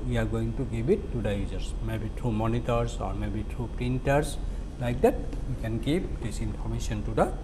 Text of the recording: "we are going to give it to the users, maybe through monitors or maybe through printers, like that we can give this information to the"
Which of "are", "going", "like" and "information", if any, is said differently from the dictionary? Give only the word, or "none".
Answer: information